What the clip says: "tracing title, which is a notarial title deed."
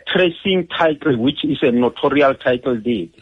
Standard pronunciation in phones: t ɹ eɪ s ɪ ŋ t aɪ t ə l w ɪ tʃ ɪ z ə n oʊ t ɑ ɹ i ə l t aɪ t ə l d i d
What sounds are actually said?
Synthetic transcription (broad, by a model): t ɹ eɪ s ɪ ŋ t aɪ t ə l w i tʃ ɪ s ə n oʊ t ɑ ɹ i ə l t aɪ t l d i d